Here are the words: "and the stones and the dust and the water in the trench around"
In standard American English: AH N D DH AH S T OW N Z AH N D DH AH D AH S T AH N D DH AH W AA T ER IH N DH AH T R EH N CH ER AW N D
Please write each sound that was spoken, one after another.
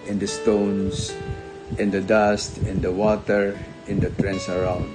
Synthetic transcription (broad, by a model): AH N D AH S T OW N S AH N D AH D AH S T AH N D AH W AA T ER IH N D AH T R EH N S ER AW N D